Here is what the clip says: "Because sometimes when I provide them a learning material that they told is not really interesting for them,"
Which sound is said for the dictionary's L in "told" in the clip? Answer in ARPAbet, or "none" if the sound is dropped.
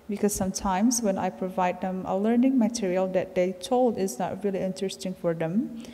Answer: L